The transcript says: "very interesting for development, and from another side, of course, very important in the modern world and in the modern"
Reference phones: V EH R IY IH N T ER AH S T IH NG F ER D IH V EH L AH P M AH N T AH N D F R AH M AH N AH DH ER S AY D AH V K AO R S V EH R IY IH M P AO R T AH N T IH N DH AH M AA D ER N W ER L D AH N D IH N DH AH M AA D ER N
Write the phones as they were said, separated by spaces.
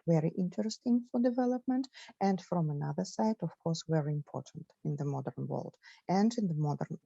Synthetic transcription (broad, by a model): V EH R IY IH N T ER AH S T IH NG F ER D IH V EH L AH P M AH N T AH N D F R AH M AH N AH DH ER S AY D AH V K AO R S V EH R IY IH M P AO R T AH N T IH N DH AH M AA D ER N W ER L D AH N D IH N DH AH M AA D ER N